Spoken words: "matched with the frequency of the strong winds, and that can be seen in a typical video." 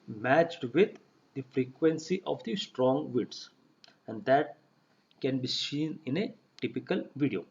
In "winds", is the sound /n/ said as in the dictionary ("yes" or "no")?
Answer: no